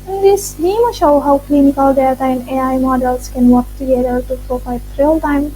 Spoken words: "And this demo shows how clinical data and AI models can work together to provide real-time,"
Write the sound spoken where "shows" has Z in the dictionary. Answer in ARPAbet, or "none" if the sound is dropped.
none